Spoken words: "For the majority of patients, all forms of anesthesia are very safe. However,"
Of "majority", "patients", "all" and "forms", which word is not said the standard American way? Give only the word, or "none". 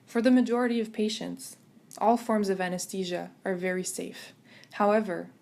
none